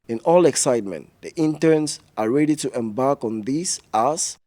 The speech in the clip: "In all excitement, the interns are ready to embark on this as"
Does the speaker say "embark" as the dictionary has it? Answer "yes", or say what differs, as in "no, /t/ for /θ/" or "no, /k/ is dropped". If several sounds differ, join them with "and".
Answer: yes